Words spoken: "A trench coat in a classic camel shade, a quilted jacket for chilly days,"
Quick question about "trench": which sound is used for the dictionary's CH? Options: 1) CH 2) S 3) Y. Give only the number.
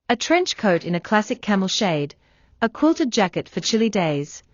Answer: 1